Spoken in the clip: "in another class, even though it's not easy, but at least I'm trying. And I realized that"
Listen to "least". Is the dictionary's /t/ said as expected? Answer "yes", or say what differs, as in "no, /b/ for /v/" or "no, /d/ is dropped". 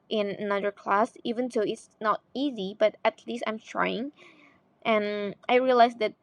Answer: yes